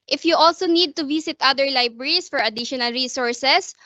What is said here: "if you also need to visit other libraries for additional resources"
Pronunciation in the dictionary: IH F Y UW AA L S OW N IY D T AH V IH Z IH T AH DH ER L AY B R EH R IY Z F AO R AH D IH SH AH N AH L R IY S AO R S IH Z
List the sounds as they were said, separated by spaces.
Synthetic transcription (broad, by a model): IH F Y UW AA L S OW N IY D T AH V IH S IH T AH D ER L AY B R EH R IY S F AO R AH D IH SH AH N AH L R IY S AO R S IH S